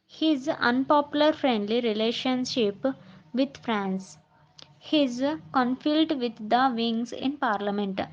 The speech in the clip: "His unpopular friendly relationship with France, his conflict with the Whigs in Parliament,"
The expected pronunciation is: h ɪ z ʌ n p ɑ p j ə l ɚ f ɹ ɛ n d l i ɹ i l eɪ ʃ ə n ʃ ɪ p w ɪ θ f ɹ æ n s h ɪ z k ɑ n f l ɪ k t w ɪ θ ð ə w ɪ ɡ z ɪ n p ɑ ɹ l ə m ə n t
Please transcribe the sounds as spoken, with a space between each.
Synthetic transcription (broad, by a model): h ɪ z ʌ n p ɑ p j ə l ɚ f ɹ ɛ n d l i ɹ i l eɪ ʃ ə n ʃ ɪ p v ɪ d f ɹ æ n s h ɪ z k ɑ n f ɪ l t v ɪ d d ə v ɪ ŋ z ɪ n p ɑ ɹ l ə m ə n t